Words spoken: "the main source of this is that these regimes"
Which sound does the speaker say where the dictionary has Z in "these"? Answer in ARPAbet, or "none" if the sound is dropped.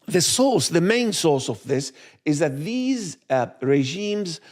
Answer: Z